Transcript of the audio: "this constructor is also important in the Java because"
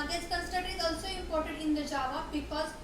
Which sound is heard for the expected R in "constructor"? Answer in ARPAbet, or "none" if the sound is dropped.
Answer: none